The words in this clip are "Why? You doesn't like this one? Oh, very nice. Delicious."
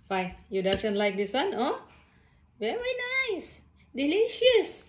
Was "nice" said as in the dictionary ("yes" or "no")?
yes